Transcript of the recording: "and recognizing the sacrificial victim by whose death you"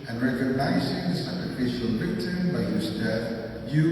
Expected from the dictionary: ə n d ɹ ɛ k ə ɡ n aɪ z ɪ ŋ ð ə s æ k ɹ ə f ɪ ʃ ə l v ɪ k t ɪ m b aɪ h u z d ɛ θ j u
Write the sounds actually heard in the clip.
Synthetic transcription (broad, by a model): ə n ɹ ɛ k ə ɡ n aɪ z ɪ ŋ ð ə s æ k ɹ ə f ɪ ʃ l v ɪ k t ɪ b aɪ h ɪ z d ɛ θ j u